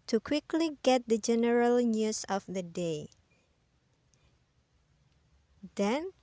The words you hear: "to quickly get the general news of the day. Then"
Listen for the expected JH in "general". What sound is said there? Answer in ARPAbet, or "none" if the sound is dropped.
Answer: JH